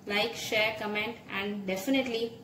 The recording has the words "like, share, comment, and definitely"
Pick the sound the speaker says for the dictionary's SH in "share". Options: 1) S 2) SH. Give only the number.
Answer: 2